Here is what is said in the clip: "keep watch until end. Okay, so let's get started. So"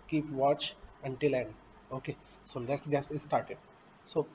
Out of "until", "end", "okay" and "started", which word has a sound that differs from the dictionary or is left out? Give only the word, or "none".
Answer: none